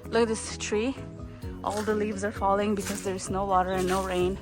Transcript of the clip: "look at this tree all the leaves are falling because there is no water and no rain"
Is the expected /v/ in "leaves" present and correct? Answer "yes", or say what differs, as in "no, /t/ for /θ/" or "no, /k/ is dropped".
yes